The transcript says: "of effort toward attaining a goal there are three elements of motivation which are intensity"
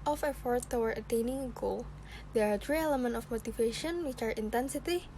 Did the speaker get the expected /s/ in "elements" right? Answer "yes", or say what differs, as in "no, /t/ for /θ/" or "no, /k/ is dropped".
no, /s/ is dropped